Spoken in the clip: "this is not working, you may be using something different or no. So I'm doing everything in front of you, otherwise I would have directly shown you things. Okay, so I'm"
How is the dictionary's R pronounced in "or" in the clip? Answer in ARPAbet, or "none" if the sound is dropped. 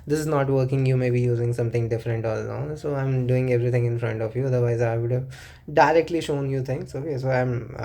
L